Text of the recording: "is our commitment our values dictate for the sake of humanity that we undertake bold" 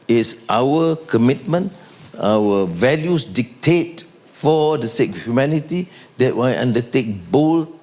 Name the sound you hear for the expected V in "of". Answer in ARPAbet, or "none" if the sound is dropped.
F